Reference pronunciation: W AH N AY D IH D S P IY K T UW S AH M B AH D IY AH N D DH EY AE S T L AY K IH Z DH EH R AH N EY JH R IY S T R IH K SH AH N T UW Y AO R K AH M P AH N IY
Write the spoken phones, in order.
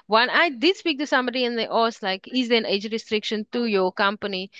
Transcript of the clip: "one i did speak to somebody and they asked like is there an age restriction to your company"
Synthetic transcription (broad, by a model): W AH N AY D IH D S P IY K T UW S AH M B AH D IY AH N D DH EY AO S L AY K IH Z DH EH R AH N EY JH R IY S T R IH K SH AH N T UW Y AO K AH M P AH N IY